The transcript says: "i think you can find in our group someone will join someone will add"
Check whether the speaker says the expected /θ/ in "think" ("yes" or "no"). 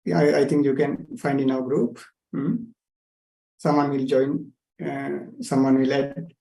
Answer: no